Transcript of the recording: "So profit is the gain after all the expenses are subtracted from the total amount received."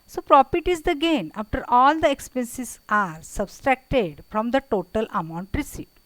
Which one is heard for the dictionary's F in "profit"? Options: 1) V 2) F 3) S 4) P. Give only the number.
4